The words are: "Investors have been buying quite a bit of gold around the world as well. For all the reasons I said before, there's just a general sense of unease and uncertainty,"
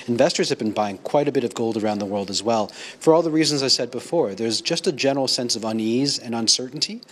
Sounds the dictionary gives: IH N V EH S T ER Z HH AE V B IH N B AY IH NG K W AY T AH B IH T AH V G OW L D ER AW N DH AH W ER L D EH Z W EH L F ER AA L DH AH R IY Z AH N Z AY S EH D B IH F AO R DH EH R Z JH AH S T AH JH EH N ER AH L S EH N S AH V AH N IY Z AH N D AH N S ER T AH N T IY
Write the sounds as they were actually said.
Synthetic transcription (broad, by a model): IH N V EH S T ER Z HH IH V B IH N B AY IH NG K W AY T AH B IH T AH V G OW L D ER AW N DH AH W ER L D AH Z W EH L F ER AA L DH AH R IY Z AH N Z AY S EH D B IH F AO R DH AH R Z JH AH S T AH JH EH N ER L S EH N S AH V AH N IY Z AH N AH N S ER T N T IY